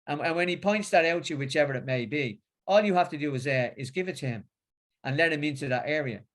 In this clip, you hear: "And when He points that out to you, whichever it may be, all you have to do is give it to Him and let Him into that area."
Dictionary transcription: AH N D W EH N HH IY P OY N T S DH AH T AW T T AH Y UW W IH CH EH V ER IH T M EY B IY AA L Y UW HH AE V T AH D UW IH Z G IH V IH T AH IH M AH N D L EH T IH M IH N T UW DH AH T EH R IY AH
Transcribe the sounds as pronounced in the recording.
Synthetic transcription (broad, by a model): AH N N W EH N IY P OY N T S DH AH T AW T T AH W IH CH EH V ER IH T M EY B IY AA L Y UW HH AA F T AH D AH IH Z G IH V IH T AH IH M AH N L EH T IH M IH N T UW DH AH T EH R IY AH